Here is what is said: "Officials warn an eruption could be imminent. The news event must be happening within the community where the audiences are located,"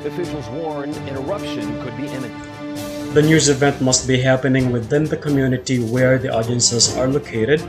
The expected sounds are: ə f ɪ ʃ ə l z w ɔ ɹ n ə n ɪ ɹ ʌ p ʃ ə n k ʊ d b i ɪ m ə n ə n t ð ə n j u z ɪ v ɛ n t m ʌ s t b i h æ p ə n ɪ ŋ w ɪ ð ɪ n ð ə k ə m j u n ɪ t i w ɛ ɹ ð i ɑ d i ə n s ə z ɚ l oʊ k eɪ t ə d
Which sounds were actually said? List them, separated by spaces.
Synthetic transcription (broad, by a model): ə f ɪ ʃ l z w ɔ ɹ n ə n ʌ ɹ ʌ p ʃ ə n k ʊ d b i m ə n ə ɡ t ð ə n j u z ɪ v ɛ n t m ʌ s t b i h æ p ə n ɪ ŋ w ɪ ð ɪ n ð ə k ə m j u n ɪ t i w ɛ ɹ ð i ɑ d i ə n s ə z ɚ l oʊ k eɪ t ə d